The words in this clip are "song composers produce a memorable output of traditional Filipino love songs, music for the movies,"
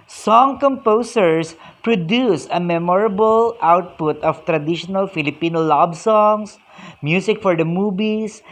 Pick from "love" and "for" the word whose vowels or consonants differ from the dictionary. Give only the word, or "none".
love